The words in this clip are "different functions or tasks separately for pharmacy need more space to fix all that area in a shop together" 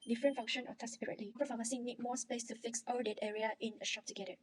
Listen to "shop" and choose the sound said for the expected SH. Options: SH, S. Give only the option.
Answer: SH